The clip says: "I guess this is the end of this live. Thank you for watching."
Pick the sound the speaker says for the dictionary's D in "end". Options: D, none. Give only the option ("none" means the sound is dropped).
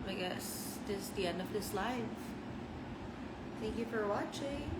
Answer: D